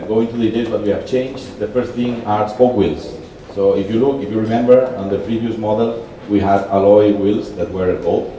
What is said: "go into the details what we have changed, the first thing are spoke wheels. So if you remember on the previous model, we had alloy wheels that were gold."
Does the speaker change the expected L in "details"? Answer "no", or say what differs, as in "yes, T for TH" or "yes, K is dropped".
yes, L is dropped